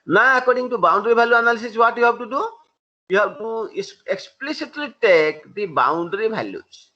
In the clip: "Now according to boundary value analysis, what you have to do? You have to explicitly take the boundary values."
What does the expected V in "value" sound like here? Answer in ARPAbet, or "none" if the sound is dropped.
B